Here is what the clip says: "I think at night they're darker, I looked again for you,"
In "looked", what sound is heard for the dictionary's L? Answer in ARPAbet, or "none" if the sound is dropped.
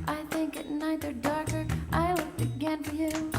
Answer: W